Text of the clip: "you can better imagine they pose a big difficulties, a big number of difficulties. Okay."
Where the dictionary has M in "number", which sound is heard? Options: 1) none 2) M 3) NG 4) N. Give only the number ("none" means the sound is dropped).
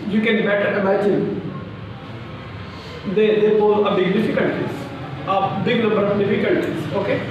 1